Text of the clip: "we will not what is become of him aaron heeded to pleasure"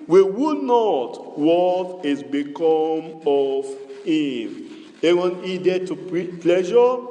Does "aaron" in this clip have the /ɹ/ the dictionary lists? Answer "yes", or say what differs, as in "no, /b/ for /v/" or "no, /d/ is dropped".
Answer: no, /w/ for /ɹ/